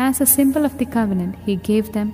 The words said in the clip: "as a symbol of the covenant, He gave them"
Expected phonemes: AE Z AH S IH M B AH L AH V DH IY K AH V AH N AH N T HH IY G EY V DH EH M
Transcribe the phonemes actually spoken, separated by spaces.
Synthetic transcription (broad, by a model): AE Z AH S IH M B AH L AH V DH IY K AH V AH N AH N T HH IY G EY V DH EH M